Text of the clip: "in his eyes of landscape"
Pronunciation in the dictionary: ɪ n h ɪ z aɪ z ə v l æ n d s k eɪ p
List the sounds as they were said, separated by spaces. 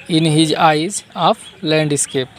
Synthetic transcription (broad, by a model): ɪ n h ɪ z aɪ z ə p l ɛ n d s k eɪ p